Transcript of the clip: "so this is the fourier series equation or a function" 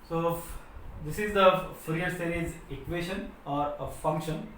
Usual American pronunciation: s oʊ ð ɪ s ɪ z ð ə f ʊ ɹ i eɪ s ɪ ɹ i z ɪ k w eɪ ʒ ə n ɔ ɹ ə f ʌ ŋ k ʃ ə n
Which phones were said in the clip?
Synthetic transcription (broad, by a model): s oʊ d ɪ s ɪ z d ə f ɹ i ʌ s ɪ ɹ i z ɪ k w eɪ ʃ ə n ɔ ɹ ə f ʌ ŋ k ʃ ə n